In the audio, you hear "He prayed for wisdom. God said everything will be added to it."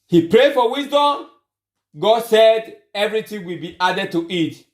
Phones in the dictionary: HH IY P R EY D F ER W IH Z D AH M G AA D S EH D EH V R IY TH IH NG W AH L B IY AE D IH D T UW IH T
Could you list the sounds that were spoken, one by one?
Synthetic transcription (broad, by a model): HH IY P R EY D F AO W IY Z D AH M G AA D S EH D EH V R IY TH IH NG W AH L B IY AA D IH D T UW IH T